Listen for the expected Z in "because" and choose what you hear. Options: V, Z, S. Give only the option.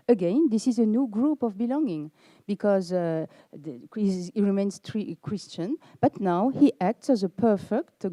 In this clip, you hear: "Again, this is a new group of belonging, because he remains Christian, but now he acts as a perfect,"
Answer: Z